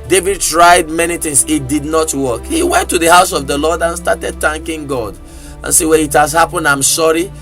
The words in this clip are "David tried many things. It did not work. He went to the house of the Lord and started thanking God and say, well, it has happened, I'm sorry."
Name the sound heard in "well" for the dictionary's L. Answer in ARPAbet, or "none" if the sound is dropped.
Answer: N